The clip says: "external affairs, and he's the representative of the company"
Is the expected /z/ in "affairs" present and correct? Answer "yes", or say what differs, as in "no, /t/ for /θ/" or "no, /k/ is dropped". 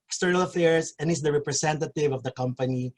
no, /s/ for /z/